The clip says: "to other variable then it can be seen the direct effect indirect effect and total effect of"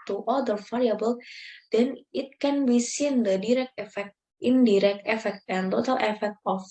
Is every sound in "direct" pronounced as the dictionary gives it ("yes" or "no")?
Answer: yes